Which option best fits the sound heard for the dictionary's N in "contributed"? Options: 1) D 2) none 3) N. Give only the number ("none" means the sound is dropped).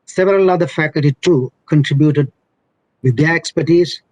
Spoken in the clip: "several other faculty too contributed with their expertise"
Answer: 3